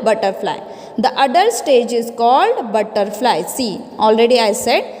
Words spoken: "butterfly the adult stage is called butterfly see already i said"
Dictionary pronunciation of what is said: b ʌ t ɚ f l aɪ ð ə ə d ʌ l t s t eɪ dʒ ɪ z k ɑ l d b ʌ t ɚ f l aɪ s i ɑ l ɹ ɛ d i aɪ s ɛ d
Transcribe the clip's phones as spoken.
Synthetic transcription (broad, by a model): b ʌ t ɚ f l aɪ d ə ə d ʌ t s t eɪ dʒ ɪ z k ɑ l d b ʌ t ɚ f l aɪ s i ɑ l ɹ ɛ d i aɪ s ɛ d